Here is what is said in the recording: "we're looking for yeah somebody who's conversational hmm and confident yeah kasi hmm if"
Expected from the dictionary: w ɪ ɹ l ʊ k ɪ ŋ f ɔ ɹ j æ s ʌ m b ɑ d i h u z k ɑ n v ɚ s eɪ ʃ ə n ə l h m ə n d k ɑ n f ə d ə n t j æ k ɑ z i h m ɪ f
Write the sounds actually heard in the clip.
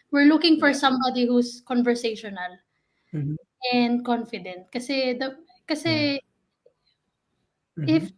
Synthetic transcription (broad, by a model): w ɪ ɹ l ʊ k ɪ ŋ f ɔ ɹ s ʌ m b ɑ d i h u s k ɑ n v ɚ s eɪ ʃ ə n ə l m ə n d k ɑ n f ə d ə n t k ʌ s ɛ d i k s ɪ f